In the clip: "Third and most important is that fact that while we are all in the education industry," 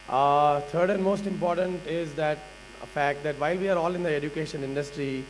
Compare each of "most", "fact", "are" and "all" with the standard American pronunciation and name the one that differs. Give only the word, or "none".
none